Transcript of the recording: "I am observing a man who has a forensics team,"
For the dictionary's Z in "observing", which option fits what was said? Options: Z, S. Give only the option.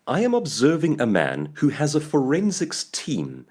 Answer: Z